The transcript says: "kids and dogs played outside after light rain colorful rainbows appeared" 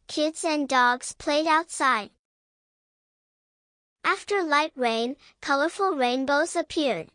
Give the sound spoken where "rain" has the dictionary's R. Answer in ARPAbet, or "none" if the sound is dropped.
R